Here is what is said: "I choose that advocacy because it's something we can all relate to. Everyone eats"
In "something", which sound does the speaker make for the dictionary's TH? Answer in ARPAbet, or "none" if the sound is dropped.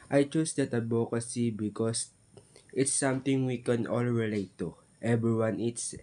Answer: T